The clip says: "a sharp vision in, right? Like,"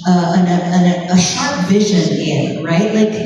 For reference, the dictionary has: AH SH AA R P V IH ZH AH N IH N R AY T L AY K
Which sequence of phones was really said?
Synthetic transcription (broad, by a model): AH SH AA R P V IH ZH AH N IH N R AY T L AY K